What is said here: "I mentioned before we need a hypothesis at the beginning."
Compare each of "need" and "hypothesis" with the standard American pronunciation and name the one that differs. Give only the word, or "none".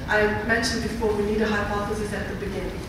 hypothesis